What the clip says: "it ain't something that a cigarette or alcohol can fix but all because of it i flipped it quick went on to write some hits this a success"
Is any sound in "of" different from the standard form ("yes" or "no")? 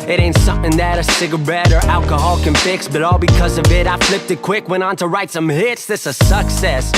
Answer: no